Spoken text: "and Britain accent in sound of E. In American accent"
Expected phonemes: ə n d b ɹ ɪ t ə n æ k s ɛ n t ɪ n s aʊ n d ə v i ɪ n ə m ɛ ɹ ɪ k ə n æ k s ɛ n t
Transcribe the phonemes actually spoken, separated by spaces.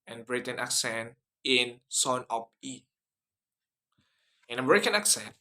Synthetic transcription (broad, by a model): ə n b ɹ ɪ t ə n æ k s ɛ n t ɪ n s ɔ n ə p i ɪ n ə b ɹ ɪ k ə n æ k s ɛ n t